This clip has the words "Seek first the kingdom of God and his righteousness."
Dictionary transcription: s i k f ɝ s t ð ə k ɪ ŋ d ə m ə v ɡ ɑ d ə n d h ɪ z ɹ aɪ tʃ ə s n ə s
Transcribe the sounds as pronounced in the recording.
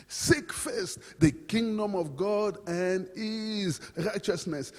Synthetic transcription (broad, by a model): s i k f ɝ s t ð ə k ɪ ŋ d ə m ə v ɡ ɑ d ə n d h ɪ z ɹ aɪ tʃ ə s n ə s